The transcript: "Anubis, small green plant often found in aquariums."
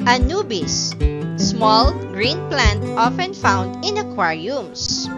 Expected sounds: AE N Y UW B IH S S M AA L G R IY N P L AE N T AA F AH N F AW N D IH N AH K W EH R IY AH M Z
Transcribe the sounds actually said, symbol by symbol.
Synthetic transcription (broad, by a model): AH N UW B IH S S M AA L G R IY N P L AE N T AA F AH N F AW N D IH N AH K W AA R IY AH M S